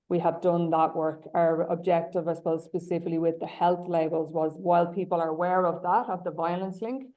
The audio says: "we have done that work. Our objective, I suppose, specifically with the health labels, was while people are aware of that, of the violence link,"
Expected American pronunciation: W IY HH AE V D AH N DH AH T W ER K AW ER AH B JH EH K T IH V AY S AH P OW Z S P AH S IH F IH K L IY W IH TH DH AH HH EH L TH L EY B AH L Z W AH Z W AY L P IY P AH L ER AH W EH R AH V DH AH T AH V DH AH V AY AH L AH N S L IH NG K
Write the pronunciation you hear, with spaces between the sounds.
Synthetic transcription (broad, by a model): W IY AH V D AH N DH AH T W ER K AW ER AH B JH EH K T IH V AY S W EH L S P AH S IH F IH K L IY W IH DH AH HH EH L TH L EY B AH L Z W AH Z W AY L P IY P AH L ER AH W EH R AH V DH AH T AH V DH AH V AY AH L AH N S L IH NG K